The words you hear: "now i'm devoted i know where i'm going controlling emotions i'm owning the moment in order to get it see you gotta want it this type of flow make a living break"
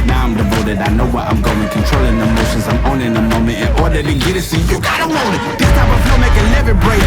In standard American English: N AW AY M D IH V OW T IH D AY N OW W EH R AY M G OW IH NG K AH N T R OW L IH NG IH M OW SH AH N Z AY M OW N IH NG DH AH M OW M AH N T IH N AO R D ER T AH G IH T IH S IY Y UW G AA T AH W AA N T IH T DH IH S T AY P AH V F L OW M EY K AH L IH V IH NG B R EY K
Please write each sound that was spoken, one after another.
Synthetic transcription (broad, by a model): N AW AY M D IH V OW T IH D AY N OW W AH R AY M G OW IH NG K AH N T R OW L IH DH IH M OW SH AH N Z AY M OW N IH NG DH AH M OW M AH N T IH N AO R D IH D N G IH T IH S IY Y UW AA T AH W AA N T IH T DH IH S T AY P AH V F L M EY K AH L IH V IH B R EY